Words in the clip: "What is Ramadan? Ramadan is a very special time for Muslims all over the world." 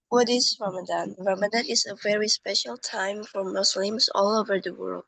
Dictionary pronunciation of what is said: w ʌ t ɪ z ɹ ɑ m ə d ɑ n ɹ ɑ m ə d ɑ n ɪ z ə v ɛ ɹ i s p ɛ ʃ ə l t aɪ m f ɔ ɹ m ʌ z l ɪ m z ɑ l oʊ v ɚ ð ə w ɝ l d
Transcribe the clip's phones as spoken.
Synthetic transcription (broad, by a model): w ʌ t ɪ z ɹ ɑ m ə d ɑ n ɹ ɑ m ə d ɑ n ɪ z ə v ɛ ɹ i s p ɛ ʃ ə l t aɪ m f ɔ ɹ m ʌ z l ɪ m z ɑ l oʊ v ɚ ð ə w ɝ l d